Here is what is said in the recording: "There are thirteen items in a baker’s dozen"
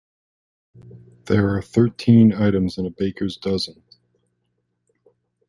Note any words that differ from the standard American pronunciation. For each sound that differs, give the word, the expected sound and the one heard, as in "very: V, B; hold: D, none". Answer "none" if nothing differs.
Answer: none